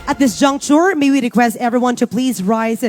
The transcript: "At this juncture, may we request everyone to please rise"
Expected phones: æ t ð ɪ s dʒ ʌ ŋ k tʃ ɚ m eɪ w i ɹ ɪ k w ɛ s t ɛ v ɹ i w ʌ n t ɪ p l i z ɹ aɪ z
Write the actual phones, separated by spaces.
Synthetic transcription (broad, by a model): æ t ð ɪ s dʒ ʌ ŋ k tʃ ɚ m eɪ w i ɹ ɪ k w ɛ s t ɛ v ɹ i w ʌ n t ɪ p l i z ɹ aɪ z